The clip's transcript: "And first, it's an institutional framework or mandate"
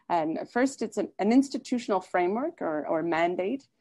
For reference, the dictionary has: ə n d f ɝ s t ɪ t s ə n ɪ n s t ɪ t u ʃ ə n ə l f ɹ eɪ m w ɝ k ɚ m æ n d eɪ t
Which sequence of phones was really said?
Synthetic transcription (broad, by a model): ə n f ɝ s t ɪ t s ə n ɪ n s t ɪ t u ʃ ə n l f ɹ eɪ m w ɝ k ɚ m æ n d eɪ t